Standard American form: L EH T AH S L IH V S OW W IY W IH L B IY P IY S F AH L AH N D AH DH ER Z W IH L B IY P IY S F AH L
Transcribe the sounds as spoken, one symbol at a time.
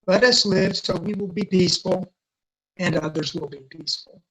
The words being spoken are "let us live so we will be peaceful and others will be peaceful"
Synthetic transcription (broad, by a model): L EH T AH S L IH V S OW W IY W IH L B IY P IY S F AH L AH N AH DH ER Z W IH L B IY P IY S F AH L